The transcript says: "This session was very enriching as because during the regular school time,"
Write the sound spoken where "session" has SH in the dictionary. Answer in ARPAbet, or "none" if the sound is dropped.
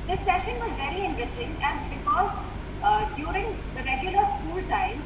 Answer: SH